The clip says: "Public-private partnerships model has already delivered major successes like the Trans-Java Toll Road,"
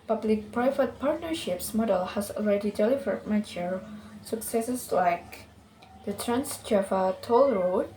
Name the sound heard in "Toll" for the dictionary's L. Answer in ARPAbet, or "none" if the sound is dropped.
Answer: L